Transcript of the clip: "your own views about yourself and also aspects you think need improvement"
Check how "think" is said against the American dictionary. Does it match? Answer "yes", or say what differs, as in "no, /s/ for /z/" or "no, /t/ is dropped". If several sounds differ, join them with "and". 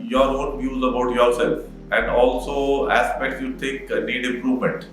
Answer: no, /t/ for /θ/ and /ŋ/ is dropped